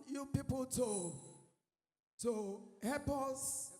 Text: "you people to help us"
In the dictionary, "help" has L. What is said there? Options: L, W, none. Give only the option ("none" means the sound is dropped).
none